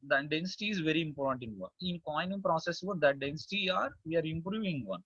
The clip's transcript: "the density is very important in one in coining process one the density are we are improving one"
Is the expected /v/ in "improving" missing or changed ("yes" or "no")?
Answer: no